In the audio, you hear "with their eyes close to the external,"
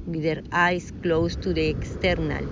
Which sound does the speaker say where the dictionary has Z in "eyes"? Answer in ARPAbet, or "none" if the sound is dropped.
S